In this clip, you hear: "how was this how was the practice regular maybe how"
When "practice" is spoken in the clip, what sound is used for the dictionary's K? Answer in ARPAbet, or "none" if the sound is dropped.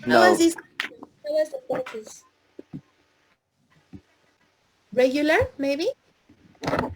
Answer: none